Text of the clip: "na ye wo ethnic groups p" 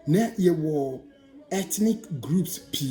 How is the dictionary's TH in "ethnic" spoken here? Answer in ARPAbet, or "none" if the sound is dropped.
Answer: T